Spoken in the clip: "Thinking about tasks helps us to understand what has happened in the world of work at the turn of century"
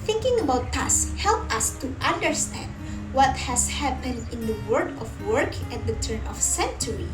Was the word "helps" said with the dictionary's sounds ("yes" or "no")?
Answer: no